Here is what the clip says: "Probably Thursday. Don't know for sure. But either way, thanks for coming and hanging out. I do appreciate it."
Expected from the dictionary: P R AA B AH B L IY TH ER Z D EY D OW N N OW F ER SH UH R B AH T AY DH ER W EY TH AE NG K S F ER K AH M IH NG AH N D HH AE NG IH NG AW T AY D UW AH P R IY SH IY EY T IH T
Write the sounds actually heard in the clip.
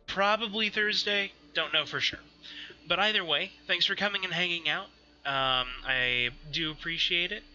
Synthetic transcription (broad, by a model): P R AA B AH B L IY TH ER Z D EY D OW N N OW F ER SH UH R B AH T AY DH ER W EY TH AE NG K S F ER K AH M IH NG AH N HH AE NG IH NG AW T AY D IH AH P R IY SH IY EY T IH T